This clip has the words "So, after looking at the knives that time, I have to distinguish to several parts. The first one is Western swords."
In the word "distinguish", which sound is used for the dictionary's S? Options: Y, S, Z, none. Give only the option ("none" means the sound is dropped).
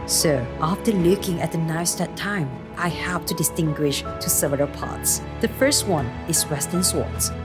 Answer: S